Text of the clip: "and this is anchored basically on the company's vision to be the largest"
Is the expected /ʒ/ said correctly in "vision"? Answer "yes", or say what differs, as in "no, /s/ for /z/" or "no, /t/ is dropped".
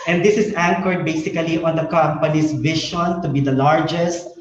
no, /ʃ/ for /ʒ/